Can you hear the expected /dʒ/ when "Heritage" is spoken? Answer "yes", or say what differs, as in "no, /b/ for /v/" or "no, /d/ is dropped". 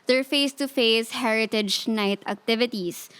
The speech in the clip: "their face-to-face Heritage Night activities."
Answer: yes